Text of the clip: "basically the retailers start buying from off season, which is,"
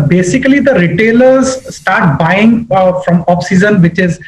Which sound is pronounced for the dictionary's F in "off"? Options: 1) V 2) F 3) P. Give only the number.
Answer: 3